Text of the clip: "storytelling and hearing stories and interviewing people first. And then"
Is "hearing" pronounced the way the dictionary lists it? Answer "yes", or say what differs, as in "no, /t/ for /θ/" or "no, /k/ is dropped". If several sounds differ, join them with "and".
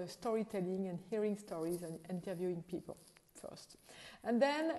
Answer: yes